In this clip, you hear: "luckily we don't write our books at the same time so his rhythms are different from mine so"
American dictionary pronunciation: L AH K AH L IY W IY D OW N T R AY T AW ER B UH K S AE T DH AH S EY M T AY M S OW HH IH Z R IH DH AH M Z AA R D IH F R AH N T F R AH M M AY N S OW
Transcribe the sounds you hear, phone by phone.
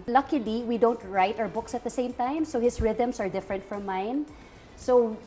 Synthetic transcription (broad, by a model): L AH K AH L IY W IY D OW N T R AY T AW ER B UH K S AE T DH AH S EY M T AY M S OW HH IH S R IH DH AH M S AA R D IH F R AH N T F R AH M M AY N S OW